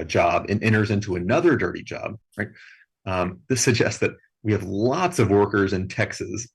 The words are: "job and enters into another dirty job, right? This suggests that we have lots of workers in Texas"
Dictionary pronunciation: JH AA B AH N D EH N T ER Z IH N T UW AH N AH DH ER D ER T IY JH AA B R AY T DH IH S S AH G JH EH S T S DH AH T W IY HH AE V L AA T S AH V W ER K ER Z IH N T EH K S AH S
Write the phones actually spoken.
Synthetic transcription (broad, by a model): JH AA B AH N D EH T ER Z IH N T UW AH N AH DH ER D ER T IY JH AA B R AY T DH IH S S AH G JH EH S T S DH AH T W IY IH V L AA T S AH V W ER K ER Z IH N T EH K S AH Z